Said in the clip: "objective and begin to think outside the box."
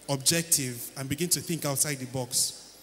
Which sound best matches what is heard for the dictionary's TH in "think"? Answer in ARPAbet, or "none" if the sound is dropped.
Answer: TH